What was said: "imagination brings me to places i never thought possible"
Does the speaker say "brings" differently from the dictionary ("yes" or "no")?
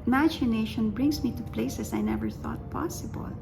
yes